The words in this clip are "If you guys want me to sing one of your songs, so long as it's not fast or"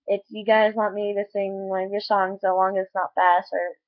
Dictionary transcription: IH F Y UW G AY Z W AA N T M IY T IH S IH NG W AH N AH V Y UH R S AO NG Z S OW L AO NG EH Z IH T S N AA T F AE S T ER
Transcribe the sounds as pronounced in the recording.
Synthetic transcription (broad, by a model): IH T Y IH G AY Z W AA T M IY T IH S IH NG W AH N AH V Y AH R S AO NG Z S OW L AO NG IH T S N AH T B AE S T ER